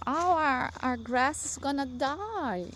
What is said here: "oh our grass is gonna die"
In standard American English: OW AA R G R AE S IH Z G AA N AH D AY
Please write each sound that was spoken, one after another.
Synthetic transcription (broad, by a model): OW AA R G R AE S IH S G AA N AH D AY